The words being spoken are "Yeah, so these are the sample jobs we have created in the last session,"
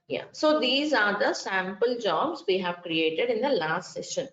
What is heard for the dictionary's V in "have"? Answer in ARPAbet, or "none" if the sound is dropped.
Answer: V